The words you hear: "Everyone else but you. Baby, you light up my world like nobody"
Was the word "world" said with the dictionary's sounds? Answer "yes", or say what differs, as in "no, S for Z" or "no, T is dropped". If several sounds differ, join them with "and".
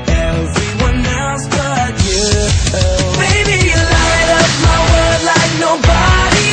no, L is dropped